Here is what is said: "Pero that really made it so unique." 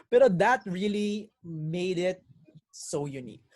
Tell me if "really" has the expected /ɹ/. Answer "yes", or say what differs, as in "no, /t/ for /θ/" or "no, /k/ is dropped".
yes